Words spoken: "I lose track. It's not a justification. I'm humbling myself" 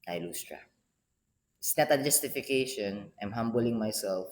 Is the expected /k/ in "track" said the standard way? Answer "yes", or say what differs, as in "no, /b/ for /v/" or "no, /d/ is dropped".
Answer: no, /k/ is dropped